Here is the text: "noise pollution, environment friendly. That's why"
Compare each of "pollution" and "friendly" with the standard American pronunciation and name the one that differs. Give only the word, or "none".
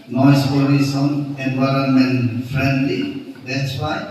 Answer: pollution